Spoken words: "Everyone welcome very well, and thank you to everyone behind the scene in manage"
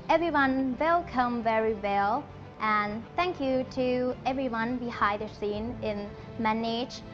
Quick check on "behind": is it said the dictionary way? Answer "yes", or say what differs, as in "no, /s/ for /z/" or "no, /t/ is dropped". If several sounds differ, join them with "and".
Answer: no, /n/ is dropped